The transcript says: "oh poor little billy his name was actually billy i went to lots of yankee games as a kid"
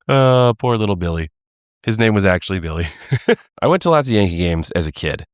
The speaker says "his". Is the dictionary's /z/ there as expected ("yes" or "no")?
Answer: yes